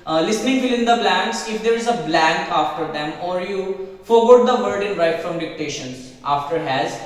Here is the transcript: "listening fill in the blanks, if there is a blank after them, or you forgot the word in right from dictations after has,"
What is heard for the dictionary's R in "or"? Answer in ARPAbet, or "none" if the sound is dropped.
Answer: R